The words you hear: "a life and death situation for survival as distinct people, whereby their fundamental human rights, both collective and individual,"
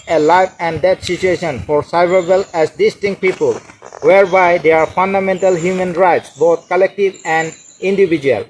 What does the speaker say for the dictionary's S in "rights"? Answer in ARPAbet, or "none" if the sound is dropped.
S